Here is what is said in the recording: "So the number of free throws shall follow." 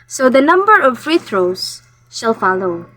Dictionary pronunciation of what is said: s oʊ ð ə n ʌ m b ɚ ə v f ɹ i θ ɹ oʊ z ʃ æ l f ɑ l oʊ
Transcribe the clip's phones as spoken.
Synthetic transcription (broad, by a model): s oʊ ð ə n ʌ m b ɚ ə v f ɹ i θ ɹ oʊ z ʃ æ l f ɑ l oʊ